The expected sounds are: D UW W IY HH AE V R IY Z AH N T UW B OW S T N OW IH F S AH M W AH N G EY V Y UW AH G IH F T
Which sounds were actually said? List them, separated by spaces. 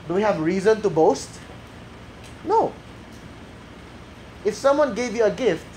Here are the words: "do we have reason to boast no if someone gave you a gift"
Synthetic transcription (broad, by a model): D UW W IY HH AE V R IY Z AH N T UW B OW S T N OW IH F S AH M W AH N G EY V Y UW AH G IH F T